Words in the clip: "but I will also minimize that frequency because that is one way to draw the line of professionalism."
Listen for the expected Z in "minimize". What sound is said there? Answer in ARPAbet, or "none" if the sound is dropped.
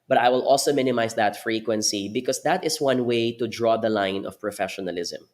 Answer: S